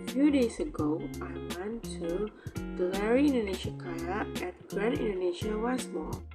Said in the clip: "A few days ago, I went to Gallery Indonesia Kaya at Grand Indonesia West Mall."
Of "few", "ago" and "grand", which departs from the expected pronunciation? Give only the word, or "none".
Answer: grand